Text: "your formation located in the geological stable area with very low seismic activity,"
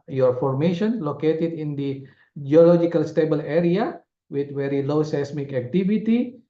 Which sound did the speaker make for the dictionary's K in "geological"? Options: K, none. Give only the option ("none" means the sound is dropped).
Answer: K